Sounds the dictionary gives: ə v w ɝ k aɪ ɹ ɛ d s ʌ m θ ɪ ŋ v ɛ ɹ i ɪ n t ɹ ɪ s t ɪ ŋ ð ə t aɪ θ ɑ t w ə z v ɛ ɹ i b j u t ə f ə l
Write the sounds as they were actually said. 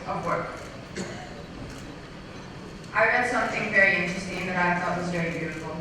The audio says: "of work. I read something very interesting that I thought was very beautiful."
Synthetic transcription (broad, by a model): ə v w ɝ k aɪ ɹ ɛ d s ʌ m θ ɪ ŋ v ɛ ɹ i ɪ n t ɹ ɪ s t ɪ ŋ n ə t aɪ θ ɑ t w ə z v ɛ ɹ i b j u t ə f l